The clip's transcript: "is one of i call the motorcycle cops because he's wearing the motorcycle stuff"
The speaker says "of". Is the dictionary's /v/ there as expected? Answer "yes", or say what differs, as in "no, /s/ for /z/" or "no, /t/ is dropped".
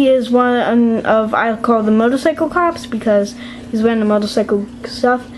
yes